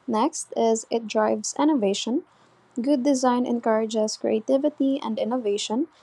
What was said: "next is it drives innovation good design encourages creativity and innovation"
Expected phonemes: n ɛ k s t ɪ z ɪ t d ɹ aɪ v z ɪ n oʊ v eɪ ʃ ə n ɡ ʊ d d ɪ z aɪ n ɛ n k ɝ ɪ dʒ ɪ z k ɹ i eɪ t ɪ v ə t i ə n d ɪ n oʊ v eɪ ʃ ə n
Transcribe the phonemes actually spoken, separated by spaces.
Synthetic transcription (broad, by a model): n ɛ k s t ɪ z ɪ t d ɹ aɪ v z ɪ n oʊ v eɪ ʃ ə n ɡ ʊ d d ɪ z aɪ n ɛ n k ɝ ɪ dʒ ɪ z k ɹ i eɪ t ɪ v ə t i ə n d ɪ n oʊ v eɪ ʃ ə n